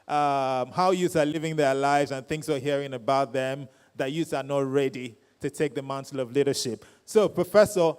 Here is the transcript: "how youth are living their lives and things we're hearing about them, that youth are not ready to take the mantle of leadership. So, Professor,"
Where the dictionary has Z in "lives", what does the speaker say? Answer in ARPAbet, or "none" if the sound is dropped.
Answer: Z